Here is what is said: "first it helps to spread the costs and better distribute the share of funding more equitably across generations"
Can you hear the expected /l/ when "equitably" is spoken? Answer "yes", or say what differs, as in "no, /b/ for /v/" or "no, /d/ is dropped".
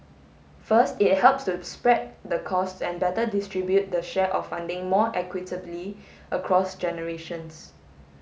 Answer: yes